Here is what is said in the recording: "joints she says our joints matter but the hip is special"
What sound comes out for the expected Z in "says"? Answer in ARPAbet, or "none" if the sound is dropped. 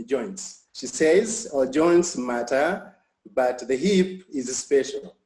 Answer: Z